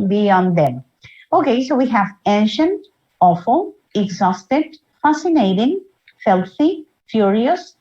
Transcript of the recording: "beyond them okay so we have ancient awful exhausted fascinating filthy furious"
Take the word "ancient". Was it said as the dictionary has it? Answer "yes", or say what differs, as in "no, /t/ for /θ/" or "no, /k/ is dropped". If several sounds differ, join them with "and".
yes